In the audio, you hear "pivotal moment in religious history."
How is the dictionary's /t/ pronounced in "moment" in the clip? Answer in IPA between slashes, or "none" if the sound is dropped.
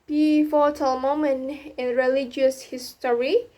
none